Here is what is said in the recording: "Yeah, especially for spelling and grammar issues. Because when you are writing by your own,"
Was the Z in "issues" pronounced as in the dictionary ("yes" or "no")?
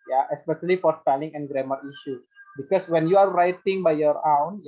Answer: no